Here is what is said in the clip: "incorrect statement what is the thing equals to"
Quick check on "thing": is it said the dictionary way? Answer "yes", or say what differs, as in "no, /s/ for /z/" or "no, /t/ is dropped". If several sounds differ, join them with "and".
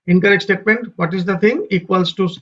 no, /t/ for /θ/